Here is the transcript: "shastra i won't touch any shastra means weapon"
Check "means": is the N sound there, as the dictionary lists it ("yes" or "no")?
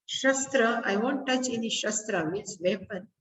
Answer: no